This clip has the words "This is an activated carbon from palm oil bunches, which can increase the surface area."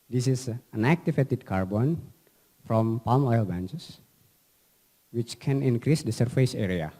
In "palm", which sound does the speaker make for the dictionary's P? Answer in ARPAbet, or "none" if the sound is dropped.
P